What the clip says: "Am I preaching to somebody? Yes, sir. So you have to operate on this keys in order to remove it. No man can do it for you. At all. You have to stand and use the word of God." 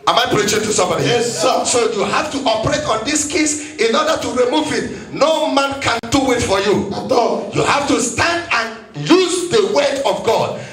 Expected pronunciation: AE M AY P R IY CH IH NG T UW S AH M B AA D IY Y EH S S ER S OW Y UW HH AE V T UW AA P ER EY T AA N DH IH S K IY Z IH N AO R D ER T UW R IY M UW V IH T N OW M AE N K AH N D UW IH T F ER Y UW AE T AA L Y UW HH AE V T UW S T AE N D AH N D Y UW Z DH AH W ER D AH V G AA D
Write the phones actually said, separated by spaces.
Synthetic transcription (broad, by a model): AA M AY P R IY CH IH T UW S AH M B AA D IY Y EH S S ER S OW Y UW HH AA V T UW AA P ER EY T AA N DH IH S K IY S IH N AO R D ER T UW R IY M UW V IH T N OW M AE N K AH N D UW IH T F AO Y UW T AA Y UW HH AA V T UW S T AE N D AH N Y UW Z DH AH W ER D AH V G AA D